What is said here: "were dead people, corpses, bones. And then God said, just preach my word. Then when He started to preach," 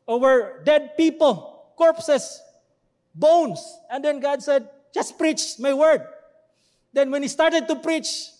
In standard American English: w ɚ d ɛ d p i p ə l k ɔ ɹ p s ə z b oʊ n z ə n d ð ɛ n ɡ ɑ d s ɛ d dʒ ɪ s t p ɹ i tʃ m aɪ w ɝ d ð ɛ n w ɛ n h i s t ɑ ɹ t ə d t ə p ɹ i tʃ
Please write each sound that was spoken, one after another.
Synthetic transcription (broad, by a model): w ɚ d ɛ d p i p ə l k ɔ ɹ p s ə s b oʊ n s ə n d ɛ n ɡ ɑ d s ɛ d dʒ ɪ s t p ɹ i tʃ m aɪ w ɝ d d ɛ n w ɛ n h i s t ɑ ɹ t ə d t ə p ɹ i tʃ